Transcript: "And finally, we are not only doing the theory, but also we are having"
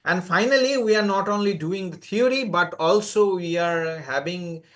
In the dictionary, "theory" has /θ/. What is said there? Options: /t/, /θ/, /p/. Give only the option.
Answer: /t/